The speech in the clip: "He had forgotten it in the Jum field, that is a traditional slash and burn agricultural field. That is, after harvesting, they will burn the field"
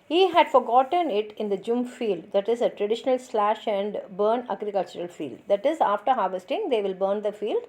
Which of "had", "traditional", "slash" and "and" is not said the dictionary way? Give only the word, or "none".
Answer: none